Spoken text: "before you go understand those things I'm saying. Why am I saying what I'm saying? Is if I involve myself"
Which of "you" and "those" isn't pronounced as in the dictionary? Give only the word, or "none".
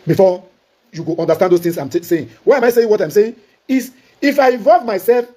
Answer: those